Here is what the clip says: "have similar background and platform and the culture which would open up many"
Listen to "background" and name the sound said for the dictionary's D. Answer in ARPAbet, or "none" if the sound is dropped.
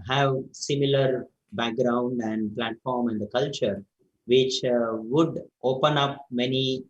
D